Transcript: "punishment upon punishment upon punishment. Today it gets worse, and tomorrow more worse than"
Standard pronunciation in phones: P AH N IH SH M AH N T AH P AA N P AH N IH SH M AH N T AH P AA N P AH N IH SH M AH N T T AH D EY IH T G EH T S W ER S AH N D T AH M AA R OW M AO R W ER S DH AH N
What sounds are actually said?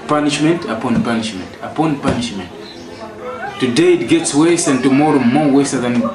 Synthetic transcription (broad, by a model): P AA N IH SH M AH N T AH P AA N P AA N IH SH M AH N T AH P AA N P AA N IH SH M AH N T T AH D EY IH T G EH T S W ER S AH N T AH M AA R OW M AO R W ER S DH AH N